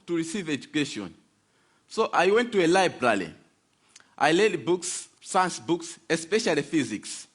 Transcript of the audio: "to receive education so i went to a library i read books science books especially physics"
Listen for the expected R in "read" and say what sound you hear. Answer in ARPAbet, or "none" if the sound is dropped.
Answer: L